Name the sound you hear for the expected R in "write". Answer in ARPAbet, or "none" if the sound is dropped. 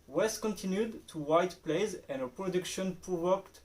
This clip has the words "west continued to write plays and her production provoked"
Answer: W